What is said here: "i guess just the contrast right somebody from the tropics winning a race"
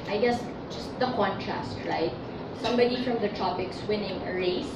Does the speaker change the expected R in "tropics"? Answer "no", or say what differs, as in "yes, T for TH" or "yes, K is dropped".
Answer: yes, R is dropped